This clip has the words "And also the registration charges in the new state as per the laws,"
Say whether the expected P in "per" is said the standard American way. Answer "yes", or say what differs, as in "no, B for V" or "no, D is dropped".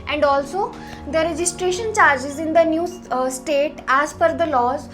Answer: no, F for P